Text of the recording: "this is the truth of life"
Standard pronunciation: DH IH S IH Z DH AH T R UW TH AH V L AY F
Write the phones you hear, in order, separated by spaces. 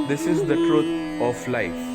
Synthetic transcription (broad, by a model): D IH S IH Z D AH T R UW T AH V L AY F